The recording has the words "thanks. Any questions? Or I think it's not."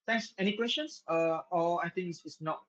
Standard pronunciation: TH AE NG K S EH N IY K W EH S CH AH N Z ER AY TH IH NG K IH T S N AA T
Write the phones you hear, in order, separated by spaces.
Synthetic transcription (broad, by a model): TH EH NG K S EH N IY K W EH S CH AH N S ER AY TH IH NG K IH S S N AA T